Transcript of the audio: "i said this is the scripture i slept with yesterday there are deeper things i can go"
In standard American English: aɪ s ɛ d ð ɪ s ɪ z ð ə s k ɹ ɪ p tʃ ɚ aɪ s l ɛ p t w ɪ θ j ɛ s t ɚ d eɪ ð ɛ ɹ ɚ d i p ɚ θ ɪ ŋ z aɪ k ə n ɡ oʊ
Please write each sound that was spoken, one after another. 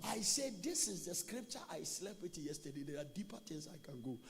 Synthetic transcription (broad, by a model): aɪ s ɛ d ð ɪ s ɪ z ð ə s k ɹ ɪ p tʃ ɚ aɪ s l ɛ b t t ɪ j ɛ s t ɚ d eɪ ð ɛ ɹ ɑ d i p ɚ t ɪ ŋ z aɪ k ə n ɡ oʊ